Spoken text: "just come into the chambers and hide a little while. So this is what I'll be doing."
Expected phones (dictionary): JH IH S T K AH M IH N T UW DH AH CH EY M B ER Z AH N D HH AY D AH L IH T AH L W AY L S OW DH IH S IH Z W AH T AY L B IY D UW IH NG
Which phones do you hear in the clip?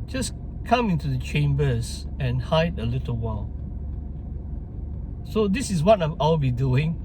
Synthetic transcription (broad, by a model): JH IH S K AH M IH N T UW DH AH CH EY M B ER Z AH N HH AY D AH L IH T AH L W AY L S OW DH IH S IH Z W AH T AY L B IY D UW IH NG